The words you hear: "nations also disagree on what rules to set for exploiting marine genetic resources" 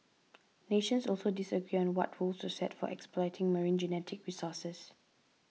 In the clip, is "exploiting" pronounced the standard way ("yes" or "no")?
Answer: yes